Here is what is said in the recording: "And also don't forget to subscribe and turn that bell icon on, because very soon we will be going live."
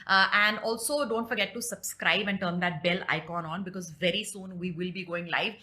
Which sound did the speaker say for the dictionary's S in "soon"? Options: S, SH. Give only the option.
S